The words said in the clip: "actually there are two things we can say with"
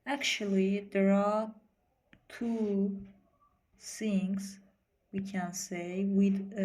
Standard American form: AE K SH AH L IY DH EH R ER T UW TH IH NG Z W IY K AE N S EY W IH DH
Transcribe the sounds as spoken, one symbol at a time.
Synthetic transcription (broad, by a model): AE K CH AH L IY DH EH R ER T UW S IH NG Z W IY K AE N S EY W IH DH